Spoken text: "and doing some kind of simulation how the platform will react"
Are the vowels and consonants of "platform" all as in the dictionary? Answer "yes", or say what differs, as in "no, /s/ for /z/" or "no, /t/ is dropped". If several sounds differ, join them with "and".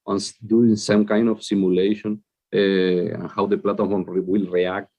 no, /f/ is dropped